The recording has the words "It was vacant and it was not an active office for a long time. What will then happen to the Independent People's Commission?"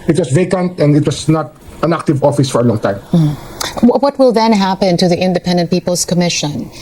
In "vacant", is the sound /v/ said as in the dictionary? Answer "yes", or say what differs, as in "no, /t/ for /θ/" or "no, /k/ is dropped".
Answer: yes